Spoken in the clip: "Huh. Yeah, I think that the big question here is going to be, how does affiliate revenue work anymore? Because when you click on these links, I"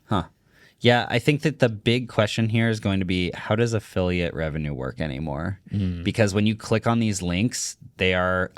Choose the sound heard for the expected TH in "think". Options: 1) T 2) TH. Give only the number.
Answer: 2